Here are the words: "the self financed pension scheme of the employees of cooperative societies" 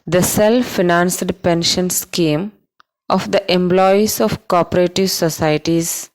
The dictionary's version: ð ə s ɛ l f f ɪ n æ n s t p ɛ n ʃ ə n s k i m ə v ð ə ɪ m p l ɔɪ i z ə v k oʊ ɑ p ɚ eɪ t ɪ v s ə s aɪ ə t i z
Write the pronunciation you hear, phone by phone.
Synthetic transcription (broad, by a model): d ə s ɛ l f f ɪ n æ n s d p ɛ n ʃ ə n s k i m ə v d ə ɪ m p l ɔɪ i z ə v k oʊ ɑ p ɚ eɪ t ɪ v s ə s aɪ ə t i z